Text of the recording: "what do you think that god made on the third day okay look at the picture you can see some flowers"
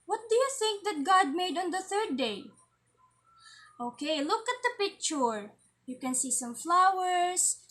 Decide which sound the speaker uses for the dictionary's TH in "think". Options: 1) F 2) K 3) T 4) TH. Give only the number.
4